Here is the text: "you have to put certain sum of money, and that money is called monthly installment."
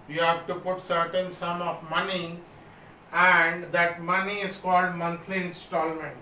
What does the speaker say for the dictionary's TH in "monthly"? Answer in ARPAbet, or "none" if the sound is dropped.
T